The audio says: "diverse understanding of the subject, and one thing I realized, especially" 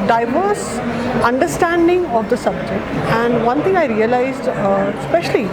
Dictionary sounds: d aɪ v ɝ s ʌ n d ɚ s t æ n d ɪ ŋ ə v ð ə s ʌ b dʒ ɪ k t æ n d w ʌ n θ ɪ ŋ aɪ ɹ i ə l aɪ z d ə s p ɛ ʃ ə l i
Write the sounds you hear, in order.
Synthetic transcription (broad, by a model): d aɪ v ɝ s ʌ n d ɚ s t æ n d ɪ ŋ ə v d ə s ʌ b dʒ ɪ k t æ n d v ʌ n t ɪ ŋ aɪ ɹ i ə l aɪ z d s p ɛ ʃ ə l i